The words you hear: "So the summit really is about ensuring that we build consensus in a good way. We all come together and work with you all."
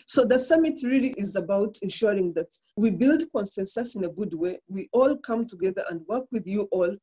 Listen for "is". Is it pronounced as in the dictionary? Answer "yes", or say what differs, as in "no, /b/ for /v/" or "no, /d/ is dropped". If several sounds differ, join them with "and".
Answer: yes